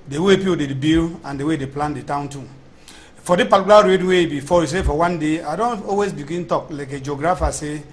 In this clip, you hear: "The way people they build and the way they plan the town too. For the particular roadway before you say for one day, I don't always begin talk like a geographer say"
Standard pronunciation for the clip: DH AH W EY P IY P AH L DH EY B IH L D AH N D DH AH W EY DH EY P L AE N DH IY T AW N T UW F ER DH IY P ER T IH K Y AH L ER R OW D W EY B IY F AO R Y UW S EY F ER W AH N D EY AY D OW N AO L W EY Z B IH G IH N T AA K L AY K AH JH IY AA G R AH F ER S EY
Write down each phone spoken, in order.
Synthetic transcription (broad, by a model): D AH W EY P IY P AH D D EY B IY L AH N D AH W EY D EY P L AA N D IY T AW N T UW F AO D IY P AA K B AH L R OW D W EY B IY F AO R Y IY S EY F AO W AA N D EY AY D OW N AO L W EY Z B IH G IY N T AA K L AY K AH JH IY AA G R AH F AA S EY